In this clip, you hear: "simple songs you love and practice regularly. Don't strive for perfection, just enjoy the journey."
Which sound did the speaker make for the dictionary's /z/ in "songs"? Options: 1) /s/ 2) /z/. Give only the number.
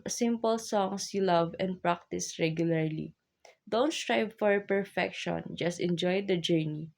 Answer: 1